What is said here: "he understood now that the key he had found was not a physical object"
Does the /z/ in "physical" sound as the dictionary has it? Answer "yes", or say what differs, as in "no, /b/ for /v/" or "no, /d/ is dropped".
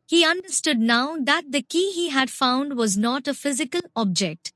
yes